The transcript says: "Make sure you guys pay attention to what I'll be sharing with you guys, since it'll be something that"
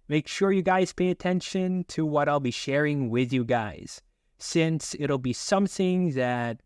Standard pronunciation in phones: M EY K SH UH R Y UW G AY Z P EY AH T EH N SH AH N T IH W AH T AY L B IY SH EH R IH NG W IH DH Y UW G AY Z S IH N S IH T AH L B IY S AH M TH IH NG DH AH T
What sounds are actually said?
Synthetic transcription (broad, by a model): M EY K SH UH R Y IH G AY Z P EY AH T EH N SH AH N T IH W AH T AY L B IY SH EH R IH NG W IH DH Y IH G AY Z S IH N S IH T L B IY S AH M TH IH NG DH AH T